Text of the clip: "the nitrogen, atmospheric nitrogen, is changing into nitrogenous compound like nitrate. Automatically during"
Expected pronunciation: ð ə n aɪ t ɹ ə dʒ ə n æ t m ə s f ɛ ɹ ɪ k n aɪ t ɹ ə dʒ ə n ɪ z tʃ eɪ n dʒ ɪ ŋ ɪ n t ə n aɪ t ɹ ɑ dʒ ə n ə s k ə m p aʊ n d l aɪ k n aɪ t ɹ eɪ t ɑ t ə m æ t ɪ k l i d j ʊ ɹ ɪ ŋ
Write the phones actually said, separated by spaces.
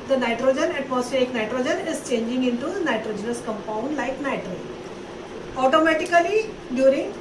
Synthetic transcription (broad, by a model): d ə n aɪ t ɹ ə dʒ ə n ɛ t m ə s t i ɪ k n aɪ t ɹ ə dʒ ə n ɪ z tʃ eɪ n dʒ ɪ ŋ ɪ n t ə n aɪ t ɹ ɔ dʒ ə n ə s k ə m p aʊ n d l aɪ k n aɪ t ɹ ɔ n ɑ t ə m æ t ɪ k l i d j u ɹ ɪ ŋ